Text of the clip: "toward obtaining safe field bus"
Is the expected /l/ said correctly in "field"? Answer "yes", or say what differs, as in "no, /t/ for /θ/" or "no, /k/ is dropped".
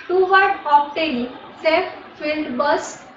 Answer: yes